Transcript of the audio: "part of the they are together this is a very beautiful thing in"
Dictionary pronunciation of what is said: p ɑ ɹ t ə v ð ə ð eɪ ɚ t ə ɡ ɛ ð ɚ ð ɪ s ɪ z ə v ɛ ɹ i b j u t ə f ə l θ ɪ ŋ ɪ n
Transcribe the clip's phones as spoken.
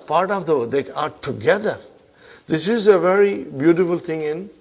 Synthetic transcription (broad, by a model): p ɑ ɹ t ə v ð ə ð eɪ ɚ t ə ɡ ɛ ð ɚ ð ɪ s ɪ z ə v ɛ ɹ i b j u t ə f ə l t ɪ ŋ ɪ n